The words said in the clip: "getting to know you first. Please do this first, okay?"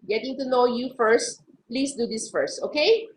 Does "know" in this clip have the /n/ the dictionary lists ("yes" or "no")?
yes